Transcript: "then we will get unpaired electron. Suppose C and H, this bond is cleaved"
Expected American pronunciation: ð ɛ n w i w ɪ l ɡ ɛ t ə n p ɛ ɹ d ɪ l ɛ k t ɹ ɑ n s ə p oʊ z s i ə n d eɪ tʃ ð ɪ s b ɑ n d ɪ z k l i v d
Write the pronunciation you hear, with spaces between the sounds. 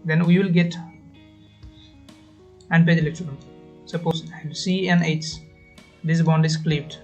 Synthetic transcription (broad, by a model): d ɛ n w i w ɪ l ɡ ɛ t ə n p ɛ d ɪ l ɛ t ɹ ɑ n s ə p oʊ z s i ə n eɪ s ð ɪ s b ɑ n d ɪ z k l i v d